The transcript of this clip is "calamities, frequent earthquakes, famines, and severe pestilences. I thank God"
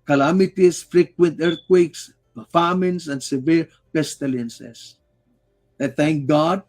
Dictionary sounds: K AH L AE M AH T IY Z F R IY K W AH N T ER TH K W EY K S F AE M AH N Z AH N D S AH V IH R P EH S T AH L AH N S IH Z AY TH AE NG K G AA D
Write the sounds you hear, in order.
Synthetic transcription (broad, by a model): K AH L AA M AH T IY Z F R IY K W AH N T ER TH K W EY K S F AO M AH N S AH N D S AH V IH R P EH S T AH L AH N S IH S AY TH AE NG K G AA D